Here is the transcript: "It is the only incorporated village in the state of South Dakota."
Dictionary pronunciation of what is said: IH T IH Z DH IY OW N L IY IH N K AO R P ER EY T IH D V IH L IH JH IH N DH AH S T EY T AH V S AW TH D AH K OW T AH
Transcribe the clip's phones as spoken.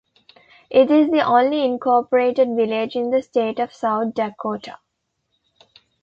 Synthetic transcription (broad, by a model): IH T IH Z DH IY OW N L IY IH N K AO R P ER EY T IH D V IH L IH JH IH N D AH S T EY T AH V S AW T D AH K OW T AH